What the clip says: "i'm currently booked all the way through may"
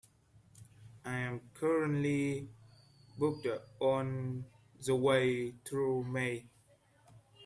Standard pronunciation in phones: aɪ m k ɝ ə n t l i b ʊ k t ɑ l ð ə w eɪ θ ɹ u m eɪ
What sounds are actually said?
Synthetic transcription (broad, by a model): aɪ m k ɝ ə n t l i b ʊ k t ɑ n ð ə w eɪ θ ɹ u m eɪ